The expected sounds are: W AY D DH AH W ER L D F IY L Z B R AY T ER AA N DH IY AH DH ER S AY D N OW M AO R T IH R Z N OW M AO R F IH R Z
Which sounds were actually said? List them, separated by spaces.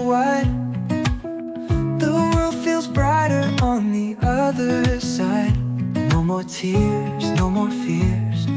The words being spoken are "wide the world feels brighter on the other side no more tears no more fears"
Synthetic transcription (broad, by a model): W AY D DH AH W ER L D F IY L Z B R AY T ER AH N DH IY AH DH ER S AY D N OW M AO R T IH R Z N OW M AO R F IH R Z